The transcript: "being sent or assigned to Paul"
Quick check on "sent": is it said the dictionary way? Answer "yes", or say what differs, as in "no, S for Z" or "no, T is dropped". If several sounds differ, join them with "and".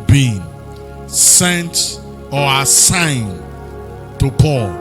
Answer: yes